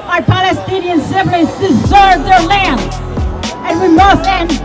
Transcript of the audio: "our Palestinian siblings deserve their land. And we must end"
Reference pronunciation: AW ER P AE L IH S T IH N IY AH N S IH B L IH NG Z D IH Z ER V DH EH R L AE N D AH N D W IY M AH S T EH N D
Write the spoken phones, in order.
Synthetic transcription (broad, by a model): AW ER P AE L IH S T IH N IY AH N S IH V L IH Z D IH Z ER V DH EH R L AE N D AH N W IY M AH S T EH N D